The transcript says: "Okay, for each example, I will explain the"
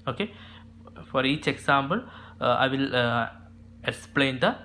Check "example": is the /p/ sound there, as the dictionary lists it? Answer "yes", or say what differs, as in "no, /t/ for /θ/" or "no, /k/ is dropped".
no, /b/ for /p/